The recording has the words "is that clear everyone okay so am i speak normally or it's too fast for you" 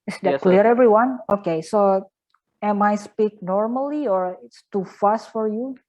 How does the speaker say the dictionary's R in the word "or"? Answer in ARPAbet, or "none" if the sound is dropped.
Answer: R